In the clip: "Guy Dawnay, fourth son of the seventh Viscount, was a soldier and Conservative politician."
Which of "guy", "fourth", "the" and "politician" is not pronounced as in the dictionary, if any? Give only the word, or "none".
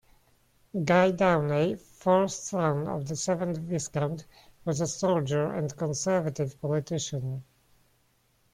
fourth